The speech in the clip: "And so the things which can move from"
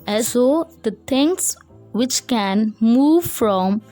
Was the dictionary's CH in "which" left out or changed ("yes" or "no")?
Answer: no